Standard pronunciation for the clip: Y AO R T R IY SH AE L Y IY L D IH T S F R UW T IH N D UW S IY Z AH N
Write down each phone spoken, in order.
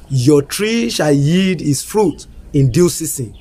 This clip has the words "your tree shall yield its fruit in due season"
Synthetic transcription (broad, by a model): Y AO T R IY SH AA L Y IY D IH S F R UW T IH N D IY S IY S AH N